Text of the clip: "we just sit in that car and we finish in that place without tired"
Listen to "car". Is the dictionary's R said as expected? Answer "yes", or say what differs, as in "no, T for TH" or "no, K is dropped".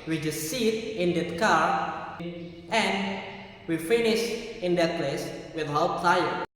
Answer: yes